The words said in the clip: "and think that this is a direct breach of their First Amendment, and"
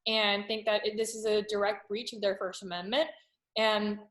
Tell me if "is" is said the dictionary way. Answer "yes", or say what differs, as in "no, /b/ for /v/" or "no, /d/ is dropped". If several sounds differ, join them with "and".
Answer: yes